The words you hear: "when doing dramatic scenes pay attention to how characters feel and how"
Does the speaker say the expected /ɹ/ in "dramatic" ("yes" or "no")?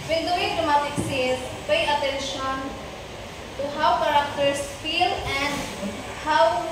no